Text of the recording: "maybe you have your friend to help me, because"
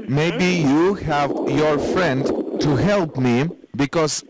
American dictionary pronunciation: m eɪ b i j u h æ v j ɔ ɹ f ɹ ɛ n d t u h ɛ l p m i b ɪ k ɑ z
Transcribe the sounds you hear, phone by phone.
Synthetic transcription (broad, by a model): m eɪ b i j u h æ v j ɔ ɹ f ɹ ɛ n d t u h ɛ l p m i b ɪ k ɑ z